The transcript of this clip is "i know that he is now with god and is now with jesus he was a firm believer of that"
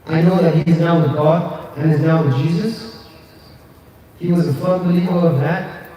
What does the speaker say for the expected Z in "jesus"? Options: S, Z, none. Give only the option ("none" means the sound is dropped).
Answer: Z